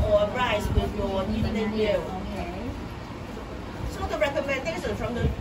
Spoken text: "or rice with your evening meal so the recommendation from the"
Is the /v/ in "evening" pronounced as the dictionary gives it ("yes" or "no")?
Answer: no